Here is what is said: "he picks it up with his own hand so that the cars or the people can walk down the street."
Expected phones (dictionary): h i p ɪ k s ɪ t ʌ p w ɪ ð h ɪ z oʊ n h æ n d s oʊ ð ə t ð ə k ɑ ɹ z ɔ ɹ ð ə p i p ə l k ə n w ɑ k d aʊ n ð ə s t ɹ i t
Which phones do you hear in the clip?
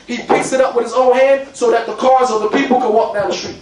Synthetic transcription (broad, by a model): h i p ɪ k s ɪ t ʌ p w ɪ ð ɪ z oʊ n h æ n d s oʊ ð ə t ð ə k ɑ ɹ z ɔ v ð ə p i p l k ə n w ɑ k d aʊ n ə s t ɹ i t